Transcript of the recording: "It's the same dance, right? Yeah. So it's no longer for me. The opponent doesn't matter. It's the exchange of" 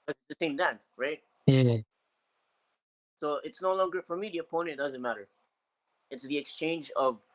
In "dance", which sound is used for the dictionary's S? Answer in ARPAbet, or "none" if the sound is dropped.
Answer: S